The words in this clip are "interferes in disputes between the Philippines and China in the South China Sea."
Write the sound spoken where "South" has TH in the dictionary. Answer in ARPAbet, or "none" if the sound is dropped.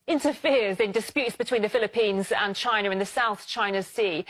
TH